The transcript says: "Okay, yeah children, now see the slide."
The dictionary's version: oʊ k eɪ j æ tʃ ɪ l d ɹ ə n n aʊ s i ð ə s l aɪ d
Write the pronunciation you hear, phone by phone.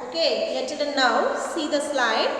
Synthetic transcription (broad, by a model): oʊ k eɪ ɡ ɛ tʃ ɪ d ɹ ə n n aʊ s i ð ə s l aɪ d